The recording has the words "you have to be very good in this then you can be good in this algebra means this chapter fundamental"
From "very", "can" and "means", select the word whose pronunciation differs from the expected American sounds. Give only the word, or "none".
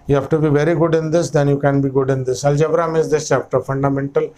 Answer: means